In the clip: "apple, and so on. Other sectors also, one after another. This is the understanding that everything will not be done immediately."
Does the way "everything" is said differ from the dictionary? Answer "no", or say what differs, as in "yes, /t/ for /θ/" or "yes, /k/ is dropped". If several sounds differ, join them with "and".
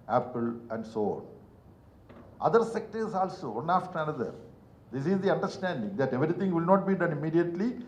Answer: yes, /t/ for /θ/